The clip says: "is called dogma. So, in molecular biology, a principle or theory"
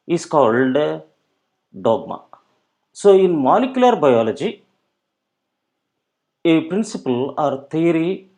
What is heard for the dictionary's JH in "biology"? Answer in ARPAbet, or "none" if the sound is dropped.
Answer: JH